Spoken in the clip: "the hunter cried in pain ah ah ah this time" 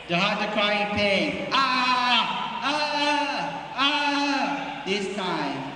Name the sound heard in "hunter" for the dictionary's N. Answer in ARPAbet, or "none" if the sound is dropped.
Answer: none